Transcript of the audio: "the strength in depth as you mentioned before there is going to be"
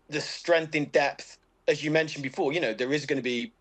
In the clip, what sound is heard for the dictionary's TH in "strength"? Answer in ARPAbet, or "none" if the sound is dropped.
TH